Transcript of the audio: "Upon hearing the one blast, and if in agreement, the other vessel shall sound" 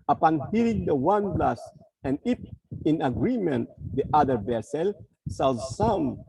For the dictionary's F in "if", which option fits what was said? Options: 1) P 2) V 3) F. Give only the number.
1